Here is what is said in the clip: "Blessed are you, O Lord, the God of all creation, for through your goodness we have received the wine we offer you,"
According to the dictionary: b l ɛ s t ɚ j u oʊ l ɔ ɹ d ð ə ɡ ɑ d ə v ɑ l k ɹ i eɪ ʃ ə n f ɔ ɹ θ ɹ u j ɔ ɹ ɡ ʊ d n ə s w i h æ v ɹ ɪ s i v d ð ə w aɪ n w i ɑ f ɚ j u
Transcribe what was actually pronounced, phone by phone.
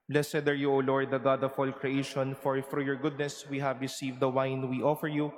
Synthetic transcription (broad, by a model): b l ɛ s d ɚ j u oʊ l ɔ ɹ d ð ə ɡ ɑ d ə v ɑ l k ɹ i eɪ ʃ ə n f ɔ ɹ f ɹ j ɔ ɹ ɡ ʊ d n ə s w i h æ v ɹ ɪ s i v d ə w aɪ n w i ɑ f ɚ j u